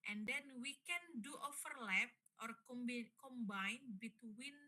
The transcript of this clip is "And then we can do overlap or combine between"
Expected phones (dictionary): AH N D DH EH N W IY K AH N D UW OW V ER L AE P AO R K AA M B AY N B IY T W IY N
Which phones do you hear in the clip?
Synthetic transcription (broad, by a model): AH N D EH N W IY K AH N D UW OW F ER L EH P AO R K AA M B AY N B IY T W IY N